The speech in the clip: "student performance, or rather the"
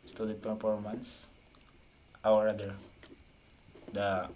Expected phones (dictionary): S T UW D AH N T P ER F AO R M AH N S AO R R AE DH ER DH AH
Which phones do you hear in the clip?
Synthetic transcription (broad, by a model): S T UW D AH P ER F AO R M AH N S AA W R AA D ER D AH